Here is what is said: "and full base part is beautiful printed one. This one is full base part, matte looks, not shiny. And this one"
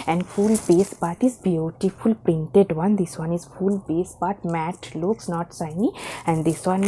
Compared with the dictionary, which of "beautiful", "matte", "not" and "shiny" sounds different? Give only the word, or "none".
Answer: shiny